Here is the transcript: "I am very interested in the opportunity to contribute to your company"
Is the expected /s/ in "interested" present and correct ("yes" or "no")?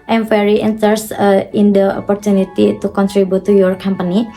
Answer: no